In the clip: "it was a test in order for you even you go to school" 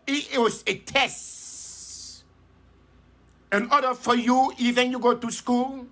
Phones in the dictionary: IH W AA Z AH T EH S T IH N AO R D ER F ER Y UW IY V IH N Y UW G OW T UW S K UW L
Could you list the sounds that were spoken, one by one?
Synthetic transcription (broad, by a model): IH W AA S AH T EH S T IH N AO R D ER F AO Y UW IY V IH N Y UW G OW T UW S K UW L